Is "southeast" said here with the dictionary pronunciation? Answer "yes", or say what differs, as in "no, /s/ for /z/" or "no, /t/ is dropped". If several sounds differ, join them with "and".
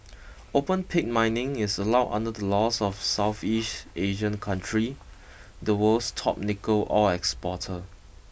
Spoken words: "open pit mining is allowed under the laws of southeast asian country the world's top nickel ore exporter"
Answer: yes